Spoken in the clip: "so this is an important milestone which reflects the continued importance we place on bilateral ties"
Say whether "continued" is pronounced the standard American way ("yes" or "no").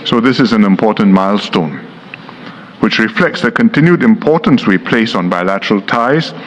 yes